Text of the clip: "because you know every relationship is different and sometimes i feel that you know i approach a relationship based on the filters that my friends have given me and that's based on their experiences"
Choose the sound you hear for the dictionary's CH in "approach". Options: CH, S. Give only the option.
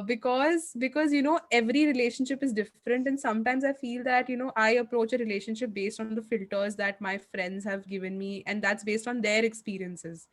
CH